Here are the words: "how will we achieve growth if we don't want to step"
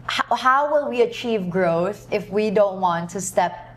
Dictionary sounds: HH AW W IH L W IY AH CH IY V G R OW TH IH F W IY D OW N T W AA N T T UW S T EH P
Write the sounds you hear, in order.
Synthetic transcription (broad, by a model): HH AW W IH L W IY AH CH IY V G R OW TH IH F W IY D OW N T W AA N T T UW S T EH P